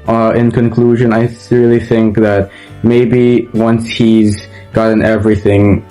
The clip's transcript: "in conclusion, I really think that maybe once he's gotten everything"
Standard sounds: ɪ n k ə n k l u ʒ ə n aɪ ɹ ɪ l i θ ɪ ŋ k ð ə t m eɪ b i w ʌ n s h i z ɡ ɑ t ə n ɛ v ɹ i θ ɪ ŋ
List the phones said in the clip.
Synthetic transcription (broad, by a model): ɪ n k ə n k l u ʒ ə n aɪ ɹ ɪ l i θ ɪ ŋ k ð ə t m eɪ b i w ʌ n s h i z ɡ ɑ t ə n ɛ v ɹ i θ ɪ ŋ